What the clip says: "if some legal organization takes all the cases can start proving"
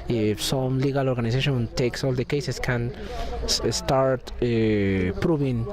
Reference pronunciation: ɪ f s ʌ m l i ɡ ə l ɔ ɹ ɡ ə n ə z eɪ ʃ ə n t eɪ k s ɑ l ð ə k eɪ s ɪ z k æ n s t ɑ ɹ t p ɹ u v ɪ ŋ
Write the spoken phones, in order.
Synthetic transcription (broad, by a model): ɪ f s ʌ m l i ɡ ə l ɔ ɹ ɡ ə n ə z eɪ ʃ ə n t eɪ k s ɑ l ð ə k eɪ s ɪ s k æ n s t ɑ ɹ t p ɹ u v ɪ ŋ